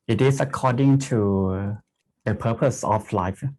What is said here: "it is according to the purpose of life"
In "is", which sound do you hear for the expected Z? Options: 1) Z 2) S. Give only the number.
2